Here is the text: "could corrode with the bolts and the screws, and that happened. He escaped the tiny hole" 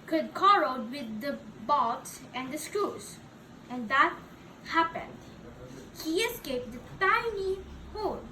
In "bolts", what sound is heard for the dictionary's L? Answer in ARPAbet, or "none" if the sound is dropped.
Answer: none